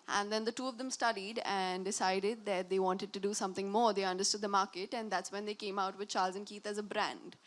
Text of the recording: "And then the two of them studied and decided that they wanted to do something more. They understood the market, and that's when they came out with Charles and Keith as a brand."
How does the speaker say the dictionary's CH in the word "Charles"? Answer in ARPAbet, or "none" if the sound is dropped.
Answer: CH